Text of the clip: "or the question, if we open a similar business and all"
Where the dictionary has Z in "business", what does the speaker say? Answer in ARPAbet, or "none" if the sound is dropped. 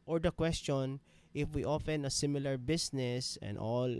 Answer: S